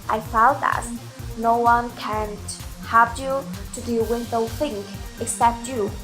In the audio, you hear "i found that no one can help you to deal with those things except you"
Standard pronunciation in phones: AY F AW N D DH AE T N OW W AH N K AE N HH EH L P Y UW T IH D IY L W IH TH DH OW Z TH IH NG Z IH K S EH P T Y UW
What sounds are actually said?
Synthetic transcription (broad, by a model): AY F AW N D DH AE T N OW W AH N K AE N HH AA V Y UW T IH D IY L W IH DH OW TH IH NG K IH K S EH P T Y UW